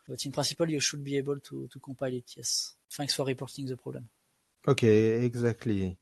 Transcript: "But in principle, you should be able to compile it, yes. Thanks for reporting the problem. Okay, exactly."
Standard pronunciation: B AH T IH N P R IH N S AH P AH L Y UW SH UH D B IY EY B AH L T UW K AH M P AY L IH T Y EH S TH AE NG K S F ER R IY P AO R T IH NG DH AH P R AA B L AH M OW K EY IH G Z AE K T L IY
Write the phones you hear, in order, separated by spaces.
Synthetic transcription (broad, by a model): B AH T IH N P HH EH S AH P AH L Y UW SH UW D B IY EY B AH L T UW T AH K P AY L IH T Y EH S F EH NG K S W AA R IY P AO R T IH NG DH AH P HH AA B L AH M OW K EY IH G Z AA K T L IY